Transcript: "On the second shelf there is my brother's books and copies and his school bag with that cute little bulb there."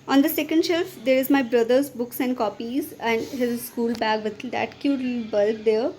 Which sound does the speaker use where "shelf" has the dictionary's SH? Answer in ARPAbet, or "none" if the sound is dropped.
SH